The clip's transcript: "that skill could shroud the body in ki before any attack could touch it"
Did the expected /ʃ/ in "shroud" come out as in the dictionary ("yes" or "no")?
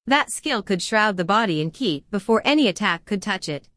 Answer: yes